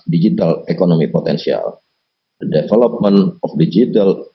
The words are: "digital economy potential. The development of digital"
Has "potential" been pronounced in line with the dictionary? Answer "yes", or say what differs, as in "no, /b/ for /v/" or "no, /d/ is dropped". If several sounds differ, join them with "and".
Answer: no, /s/ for /ʃ/